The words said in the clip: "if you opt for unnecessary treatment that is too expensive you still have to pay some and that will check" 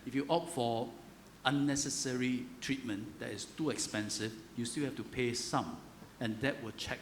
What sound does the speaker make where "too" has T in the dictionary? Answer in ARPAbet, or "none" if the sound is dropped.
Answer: T